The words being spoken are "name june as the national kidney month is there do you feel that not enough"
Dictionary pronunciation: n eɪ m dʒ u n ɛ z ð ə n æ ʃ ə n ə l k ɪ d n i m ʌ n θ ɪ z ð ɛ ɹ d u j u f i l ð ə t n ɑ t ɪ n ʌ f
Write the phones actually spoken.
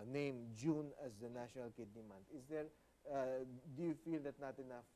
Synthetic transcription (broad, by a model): n eɪ m dʒ u n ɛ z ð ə n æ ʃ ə n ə l k ɪ d n i m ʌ n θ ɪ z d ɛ ɹ d u j u f i l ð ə t n ɑ t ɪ n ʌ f